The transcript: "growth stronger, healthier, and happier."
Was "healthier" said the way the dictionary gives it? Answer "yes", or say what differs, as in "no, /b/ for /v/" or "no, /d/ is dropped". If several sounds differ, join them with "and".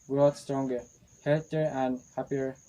no, /t/ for /θ/